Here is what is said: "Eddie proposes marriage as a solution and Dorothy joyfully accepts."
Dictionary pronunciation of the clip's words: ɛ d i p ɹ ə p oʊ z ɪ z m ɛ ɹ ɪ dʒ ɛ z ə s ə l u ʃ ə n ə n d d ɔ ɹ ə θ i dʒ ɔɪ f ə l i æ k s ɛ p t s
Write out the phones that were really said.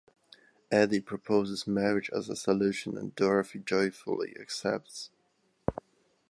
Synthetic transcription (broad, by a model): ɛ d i p ɹ ə p oʊ z ɪ z m ɛ ɹ ɪ dʒ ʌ z ə s ə l u ʃ ə n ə n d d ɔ ɹ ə f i dʒ ɔɪ f ə l i æ k s ɛ p t s